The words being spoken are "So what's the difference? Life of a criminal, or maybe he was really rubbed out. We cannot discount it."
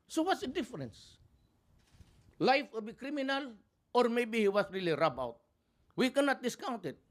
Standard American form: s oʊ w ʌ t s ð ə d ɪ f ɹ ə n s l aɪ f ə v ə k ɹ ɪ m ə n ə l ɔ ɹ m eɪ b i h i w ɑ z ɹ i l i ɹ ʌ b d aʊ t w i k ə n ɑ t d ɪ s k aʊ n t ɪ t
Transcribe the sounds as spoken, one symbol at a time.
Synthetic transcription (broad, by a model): s oʊ w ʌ t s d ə d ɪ f ɹ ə n s l aɪ f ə b ə k ɹ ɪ m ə n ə l ɔ ɹ m eɪ b i h i w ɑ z ɹ i l i ɹ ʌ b aʊ t w i k ə n ɑ t d ɪ s k aʊ n t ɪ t